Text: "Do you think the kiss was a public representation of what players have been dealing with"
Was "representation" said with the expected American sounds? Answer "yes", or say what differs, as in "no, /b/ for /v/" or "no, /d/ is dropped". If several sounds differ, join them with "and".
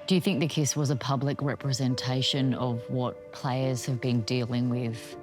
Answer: yes